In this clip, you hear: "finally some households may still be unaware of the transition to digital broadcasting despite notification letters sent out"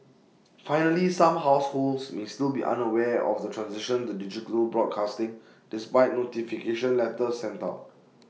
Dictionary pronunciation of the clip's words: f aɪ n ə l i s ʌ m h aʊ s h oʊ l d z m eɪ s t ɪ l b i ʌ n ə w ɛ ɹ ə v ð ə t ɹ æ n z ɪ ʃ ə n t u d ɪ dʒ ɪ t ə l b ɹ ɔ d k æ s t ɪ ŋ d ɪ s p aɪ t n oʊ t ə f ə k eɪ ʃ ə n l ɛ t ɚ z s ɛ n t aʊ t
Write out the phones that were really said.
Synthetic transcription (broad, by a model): f aɪ n ə l i s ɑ m h aʊ s h oʊ l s m eɪ s t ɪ l b i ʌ n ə w ɛ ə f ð ə t ɹ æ n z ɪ ʃ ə n t u d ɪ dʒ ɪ t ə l b ɹ ɔ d k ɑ s t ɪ ŋ d ɪ s p aɪ t n oʊ t ə f ə k eɪ ʃ ə n l ɛ t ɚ s ɛ n t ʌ